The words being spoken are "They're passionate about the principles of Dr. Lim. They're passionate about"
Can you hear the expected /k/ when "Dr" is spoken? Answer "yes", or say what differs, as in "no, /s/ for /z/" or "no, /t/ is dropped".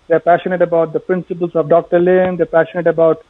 yes